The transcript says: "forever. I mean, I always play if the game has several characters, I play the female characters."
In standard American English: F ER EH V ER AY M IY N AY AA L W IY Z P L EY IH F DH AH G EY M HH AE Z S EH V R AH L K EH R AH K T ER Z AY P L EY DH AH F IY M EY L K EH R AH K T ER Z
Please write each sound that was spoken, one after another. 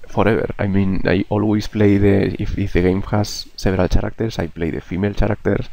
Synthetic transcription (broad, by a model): F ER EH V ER AY M IY N AY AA L W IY S P L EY IH F DH AH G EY M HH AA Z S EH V R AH L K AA R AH K T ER S AY P L EY DH AH F IY M EY L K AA R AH K T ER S